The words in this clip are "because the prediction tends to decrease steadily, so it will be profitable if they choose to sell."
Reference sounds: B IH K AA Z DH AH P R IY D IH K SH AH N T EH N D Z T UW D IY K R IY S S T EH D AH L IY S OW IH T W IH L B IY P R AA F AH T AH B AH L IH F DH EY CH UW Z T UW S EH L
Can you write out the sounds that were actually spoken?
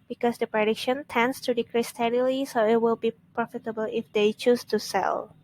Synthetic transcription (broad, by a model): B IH K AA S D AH P R IY D IH K SH AH N T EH N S T UW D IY K R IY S S T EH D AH L IY S OW IH T W IH L B IY P R AA F AH T AH B AH L IH F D EY CH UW S T UW S EH L